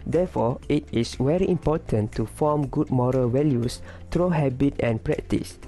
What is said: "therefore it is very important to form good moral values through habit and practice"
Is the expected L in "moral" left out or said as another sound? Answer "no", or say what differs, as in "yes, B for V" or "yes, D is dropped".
no